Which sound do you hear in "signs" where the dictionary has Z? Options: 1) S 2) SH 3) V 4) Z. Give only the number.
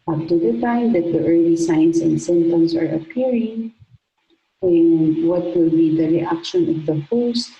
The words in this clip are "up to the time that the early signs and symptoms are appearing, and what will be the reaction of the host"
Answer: 1